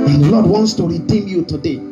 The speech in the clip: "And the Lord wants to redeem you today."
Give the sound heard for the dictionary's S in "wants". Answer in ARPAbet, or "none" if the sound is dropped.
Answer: S